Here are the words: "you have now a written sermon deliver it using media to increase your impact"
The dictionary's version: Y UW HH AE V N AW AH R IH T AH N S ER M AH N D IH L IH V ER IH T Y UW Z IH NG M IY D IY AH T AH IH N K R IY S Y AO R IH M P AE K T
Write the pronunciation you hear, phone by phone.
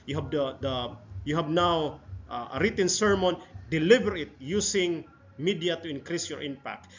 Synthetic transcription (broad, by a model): Y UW HH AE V N AW AH R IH T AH N S ER M AH N D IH L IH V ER IH T Y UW S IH NG M IY D IY AH T AH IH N K R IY S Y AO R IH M P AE K T